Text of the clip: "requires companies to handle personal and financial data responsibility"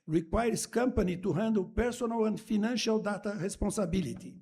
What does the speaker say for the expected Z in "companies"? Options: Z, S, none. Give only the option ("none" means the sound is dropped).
none